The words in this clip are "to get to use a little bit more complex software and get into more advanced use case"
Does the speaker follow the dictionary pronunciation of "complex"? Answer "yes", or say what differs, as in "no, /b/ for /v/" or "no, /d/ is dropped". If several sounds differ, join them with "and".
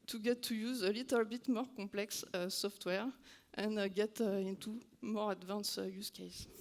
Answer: no, /m/ is dropped